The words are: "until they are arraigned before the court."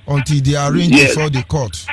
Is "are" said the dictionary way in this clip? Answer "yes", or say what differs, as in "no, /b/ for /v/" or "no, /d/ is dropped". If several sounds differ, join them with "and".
yes